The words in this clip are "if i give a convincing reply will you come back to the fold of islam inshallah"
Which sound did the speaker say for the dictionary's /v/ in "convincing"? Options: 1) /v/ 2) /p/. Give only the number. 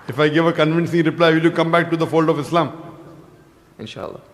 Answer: 1